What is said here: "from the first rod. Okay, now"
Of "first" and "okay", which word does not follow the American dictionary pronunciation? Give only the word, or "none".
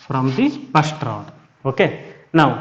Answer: first